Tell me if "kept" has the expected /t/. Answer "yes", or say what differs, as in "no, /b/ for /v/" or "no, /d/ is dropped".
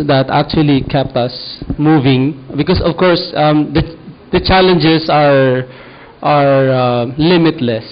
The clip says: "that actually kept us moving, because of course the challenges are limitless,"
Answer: yes